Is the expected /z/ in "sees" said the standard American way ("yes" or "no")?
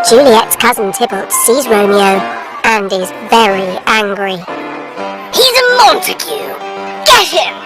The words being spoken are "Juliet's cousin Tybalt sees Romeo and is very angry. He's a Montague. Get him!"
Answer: yes